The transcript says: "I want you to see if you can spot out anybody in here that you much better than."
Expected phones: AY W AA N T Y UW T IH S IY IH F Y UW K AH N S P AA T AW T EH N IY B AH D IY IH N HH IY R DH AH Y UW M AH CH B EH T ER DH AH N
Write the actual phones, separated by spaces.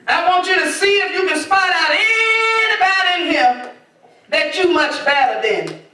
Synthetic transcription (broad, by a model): AY W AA N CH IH T IH S IY IH F Y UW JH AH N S F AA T AW T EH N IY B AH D IH N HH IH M DH AH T UW M AH CH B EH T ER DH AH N